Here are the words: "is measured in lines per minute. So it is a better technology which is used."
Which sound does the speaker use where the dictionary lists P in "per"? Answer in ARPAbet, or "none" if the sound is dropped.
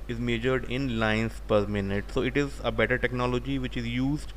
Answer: P